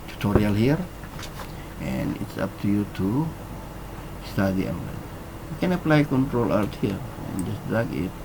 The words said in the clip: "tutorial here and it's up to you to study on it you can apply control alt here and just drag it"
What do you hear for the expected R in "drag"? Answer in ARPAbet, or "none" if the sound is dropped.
none